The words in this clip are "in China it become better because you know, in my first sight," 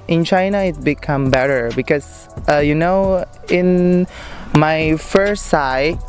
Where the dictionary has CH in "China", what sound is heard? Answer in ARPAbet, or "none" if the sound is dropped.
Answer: CH